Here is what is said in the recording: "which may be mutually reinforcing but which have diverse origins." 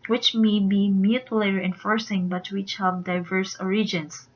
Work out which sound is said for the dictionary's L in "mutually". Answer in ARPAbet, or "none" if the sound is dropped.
none